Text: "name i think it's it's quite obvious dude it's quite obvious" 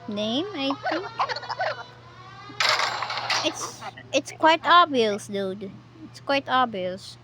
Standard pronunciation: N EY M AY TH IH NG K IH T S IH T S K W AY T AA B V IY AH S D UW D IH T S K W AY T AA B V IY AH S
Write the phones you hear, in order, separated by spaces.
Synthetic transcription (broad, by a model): N EY M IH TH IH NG IH T S IH T S K W AY T AA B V IY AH S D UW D IH T S K W AY T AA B V IY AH S